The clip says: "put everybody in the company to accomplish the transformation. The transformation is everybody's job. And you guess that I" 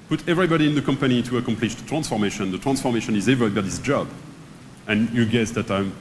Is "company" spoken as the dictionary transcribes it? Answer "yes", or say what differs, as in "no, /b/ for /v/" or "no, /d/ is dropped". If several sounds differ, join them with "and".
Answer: yes